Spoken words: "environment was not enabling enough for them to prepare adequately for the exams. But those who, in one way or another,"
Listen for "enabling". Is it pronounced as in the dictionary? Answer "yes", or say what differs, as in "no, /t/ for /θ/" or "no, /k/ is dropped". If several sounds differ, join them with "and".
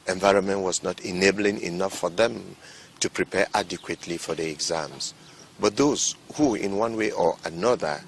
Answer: yes